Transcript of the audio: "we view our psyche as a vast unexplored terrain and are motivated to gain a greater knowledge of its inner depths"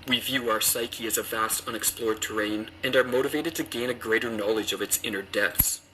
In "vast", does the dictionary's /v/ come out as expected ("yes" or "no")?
yes